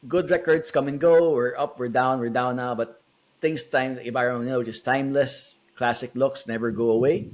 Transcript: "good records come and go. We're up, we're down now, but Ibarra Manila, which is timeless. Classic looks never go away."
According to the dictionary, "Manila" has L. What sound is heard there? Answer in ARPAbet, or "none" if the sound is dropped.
N